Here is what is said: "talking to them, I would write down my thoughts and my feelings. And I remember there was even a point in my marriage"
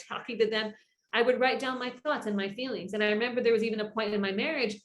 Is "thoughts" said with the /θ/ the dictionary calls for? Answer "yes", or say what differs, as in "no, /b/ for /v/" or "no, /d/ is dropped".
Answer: yes